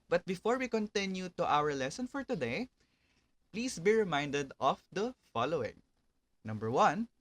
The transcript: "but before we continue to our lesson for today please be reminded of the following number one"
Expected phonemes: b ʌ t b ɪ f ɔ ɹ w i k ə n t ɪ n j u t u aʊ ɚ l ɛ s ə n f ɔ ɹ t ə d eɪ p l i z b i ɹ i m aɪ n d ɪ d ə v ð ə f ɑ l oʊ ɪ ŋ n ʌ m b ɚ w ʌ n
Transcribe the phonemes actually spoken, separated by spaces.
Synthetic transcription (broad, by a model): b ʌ t b ɪ f ɔ ɹ w i k ə n t ɪ n j u t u aʊ ɚ l ɛ s ə n f ɔ ɹ t ə d eɪ p l i s b i ɹ i m aɪ n d ɪ d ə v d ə f ɑ l oʊ ɪ ŋ n ʌ m b ɚ w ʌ n